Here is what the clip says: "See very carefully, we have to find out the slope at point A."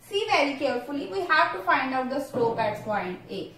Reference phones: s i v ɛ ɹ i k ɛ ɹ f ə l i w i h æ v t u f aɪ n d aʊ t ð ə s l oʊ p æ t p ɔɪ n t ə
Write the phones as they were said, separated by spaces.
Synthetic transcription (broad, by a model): s i v ɛ ɹ i k ɛ ɹ f ə l i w i h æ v t u f aɪ n d aʊ t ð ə s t oʊ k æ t f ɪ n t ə